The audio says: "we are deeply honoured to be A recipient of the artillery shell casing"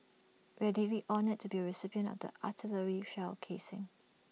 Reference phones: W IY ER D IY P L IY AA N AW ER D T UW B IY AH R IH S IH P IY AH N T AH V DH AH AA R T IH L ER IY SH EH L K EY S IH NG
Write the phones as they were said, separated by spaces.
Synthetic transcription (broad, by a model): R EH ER D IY L IY AA N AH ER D T UW B IY AH R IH S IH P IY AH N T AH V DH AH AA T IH L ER IY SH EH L K EY S IH NG